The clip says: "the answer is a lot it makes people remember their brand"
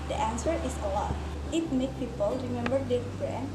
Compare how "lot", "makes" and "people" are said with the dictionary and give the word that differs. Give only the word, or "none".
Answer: makes